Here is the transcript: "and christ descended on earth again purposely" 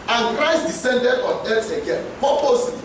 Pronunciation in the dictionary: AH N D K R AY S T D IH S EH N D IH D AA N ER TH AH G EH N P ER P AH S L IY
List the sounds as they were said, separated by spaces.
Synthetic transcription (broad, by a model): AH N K R AY S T D IH S EH N D IH D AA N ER T AH G EH N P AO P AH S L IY